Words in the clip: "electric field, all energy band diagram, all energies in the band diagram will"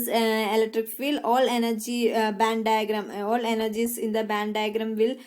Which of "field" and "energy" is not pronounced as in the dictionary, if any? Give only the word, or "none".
field